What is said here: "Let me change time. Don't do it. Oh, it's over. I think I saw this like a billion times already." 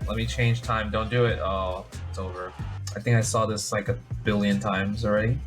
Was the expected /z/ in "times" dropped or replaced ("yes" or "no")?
no